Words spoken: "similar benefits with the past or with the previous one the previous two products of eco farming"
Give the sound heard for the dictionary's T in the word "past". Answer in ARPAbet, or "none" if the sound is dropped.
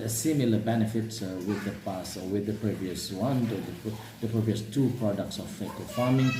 none